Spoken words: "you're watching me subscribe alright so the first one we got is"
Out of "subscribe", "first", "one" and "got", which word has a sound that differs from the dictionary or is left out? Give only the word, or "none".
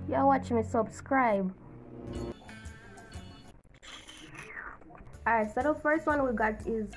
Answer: none